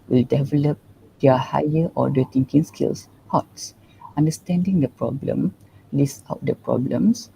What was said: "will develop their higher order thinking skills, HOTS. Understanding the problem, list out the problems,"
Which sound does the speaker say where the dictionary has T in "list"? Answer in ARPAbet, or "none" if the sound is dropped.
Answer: none